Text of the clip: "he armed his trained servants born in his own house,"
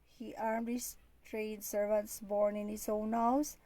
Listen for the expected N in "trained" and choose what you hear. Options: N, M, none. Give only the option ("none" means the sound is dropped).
none